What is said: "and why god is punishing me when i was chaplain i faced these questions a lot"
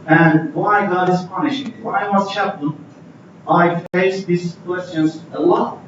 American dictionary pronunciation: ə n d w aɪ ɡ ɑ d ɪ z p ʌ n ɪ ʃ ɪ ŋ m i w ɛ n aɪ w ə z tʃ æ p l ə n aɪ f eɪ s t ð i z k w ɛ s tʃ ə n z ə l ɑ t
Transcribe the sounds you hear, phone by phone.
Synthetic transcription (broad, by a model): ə n w aɪ ɡ ɑ d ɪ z p ʌ n ɪ ʃ ɪ ŋ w aɪ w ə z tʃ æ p ə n aɪ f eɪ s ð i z k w ɛ s tʃ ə n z ə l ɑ